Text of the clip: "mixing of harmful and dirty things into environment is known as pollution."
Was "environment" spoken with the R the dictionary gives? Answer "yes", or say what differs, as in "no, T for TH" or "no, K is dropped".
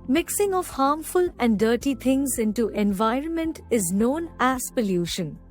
yes